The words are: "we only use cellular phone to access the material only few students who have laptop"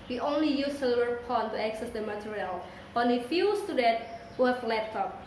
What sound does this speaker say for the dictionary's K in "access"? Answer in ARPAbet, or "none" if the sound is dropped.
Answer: K